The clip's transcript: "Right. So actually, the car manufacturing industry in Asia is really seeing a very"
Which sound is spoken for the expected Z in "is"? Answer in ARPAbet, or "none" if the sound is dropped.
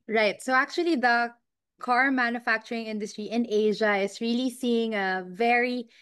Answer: S